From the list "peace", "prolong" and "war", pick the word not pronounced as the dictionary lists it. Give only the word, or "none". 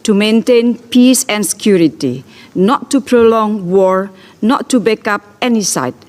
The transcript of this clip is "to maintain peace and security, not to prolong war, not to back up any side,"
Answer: none